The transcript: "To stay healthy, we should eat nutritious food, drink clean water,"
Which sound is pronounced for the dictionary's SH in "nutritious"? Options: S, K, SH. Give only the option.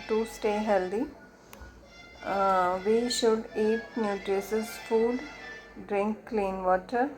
S